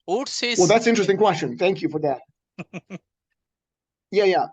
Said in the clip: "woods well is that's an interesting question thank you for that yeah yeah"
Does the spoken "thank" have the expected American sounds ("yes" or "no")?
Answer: yes